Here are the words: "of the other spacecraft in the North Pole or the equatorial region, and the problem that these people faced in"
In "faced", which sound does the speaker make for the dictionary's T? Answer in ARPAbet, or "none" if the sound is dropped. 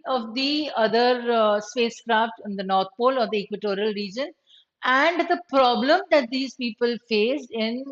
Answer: none